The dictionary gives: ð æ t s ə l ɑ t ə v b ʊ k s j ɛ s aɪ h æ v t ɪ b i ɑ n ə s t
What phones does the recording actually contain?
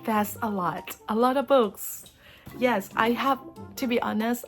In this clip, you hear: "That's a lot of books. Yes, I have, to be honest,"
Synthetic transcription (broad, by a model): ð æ t s ə l ɑ t ə v b ʊ k s j ɛ s aɪ h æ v t ɪ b i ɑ n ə s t